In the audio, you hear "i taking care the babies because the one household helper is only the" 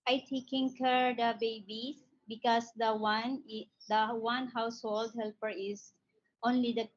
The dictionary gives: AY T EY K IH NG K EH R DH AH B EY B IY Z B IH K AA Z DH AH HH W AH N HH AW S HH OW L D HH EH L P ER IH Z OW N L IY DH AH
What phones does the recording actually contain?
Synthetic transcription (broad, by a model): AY T EY K IH NG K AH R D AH B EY B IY B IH K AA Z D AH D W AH N HH AW S HH OW L D HH EH L P ER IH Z OW N L IY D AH